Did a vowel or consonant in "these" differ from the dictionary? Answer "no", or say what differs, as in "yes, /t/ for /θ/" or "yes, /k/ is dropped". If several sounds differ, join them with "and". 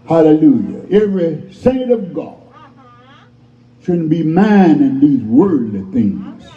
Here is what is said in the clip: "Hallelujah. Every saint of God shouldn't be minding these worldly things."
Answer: no